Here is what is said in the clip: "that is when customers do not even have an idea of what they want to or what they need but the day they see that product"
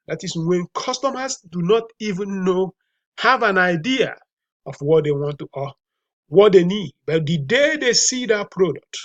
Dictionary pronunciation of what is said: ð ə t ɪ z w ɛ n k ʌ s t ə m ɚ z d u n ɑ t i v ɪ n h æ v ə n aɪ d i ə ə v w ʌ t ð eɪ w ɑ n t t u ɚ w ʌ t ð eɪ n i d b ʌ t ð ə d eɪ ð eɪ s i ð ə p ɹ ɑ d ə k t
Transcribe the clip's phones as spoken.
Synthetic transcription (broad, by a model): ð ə t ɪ s w ɛ n k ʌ s t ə m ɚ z d u n ɑ t i v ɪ n h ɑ v ə n aɪ d i ə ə f w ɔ t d eɪ w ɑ n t t u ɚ w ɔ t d eɪ n i d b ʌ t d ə d eɪ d eɪ s i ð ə p ɹ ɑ d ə k t